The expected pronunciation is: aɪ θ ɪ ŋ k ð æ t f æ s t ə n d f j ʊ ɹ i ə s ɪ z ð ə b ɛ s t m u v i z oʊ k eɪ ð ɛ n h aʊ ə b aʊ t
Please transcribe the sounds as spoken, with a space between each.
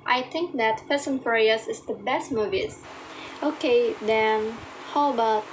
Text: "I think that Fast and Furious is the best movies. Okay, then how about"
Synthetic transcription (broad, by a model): aɪ θ ɪ ŋ k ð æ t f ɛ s ə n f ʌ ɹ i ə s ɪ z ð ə b ɛ s t m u v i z oʊ k eɪ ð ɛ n h aʊ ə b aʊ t